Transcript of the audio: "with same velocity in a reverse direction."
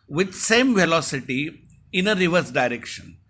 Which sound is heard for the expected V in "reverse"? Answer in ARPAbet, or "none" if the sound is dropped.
V